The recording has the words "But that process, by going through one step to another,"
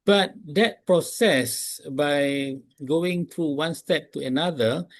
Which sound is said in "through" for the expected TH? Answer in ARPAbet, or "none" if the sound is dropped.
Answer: T